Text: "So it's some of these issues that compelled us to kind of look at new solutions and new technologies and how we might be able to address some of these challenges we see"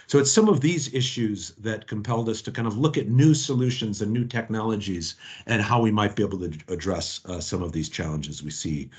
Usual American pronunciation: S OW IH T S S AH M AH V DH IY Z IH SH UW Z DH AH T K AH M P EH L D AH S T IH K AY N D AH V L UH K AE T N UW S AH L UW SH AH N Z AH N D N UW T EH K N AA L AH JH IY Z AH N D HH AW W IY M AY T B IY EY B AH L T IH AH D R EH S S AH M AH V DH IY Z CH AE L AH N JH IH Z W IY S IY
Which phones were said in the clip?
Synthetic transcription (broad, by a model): S OW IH T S S AH M AH V DH IY Z IH SH UW Z DH AH T K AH M P EH L D AH S T IH K AY N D AH V L UH K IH T N UW S AH L UW SH AH N Z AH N N UW T EH K N AA L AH JH IY Z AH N HH AW W IY M AY T B IY EY B L T IH AH D R EH S S AH M AH V DH IY Z CH AE L AH N JH IH Z W IY S IY